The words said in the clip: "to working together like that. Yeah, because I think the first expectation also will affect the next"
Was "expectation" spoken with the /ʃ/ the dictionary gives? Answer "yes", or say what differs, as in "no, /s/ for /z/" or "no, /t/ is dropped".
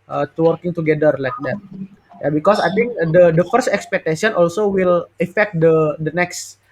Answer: no, /s/ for /ʃ/